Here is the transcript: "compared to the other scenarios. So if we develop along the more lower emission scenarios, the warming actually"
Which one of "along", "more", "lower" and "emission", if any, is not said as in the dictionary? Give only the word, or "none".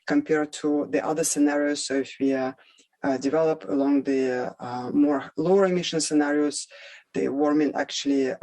none